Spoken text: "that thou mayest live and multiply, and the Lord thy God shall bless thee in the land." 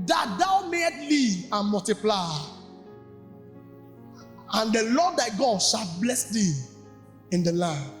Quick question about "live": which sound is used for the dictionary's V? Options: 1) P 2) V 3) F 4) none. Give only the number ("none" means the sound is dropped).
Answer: 4